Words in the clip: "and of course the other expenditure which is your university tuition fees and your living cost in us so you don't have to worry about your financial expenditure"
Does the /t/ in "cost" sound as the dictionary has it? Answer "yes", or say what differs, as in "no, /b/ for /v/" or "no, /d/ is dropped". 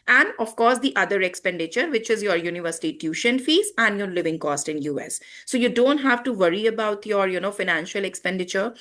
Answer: yes